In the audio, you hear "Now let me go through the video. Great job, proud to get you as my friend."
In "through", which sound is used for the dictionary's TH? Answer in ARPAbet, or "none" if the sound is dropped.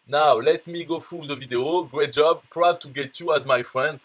F